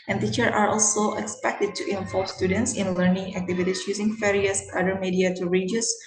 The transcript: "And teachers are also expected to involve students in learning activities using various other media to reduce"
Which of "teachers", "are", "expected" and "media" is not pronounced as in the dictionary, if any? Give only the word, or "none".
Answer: teachers